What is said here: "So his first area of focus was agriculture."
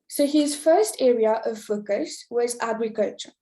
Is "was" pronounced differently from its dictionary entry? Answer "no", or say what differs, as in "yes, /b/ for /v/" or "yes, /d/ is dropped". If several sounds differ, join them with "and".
no